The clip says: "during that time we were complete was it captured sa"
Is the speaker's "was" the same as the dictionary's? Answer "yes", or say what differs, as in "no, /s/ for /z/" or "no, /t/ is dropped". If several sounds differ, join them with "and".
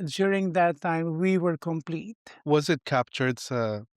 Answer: yes